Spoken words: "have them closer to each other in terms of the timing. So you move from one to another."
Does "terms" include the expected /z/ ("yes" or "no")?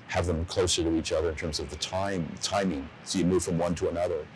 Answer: yes